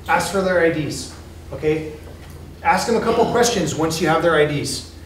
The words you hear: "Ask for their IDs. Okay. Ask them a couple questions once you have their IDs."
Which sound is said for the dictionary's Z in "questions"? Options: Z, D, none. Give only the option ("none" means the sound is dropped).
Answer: Z